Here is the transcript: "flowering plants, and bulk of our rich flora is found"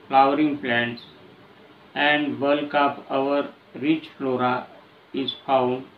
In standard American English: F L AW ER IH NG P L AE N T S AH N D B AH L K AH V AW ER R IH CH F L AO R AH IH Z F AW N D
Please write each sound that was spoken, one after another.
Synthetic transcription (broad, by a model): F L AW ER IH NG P L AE N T S AH N D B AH L K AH P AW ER R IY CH F L AO R AH IH Z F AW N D